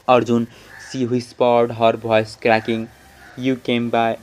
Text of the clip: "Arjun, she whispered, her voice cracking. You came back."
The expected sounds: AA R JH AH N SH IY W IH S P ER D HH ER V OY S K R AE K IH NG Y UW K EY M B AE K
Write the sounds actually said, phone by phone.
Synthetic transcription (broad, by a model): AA R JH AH N S IY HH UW S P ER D HH ER B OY S K R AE K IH NG Y UW K EY M B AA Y